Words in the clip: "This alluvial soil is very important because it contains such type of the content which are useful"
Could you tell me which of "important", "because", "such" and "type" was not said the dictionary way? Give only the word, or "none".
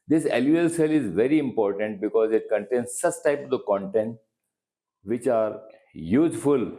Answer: such